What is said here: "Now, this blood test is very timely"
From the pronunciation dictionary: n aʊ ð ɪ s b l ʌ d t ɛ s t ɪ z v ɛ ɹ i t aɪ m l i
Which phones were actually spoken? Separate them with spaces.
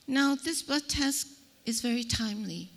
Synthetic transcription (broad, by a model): n aʊ ð ɪ s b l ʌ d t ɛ s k ɪ z v ɛ ɹ i t aɪ m l i